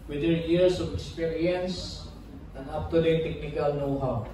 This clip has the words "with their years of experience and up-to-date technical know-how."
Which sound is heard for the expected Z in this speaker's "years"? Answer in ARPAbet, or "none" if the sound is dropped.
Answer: S